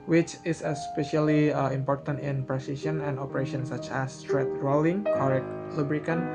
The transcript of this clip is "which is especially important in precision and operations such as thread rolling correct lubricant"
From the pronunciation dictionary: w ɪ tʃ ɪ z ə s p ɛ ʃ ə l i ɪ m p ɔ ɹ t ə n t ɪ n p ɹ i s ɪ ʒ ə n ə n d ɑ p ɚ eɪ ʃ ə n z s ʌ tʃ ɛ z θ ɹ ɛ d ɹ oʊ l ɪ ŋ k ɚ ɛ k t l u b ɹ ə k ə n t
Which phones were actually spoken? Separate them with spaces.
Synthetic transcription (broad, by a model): w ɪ tʃ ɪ s ə s p ɛ ʃ ə l i ɪ m p ɔ ɹ t ə n t ɪ n p ɹ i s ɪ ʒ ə n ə n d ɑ p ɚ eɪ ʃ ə n s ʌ tʃ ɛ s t ɹ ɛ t ɹ oʊ l ɪ ŋ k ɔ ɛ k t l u b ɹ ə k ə n